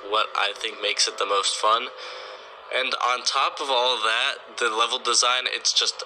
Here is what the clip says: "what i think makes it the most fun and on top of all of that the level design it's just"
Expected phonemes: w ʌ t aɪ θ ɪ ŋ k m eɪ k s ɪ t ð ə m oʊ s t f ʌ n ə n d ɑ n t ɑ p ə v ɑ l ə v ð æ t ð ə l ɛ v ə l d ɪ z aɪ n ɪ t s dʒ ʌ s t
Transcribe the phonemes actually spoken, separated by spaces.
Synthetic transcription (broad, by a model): w ʌ t aɪ θ ɪ ŋ k m eɪ k s ɪ t ð ə m oʊ s t f ʌ n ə n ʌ n t ɑ p ə v ɑ l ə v ð æ t ð ə l ɛ v l d ɪ z aɪ n ɪ t s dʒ ʌ s t